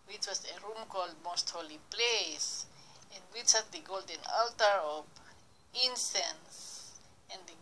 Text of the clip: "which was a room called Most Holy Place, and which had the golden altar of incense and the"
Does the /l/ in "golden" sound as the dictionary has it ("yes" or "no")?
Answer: yes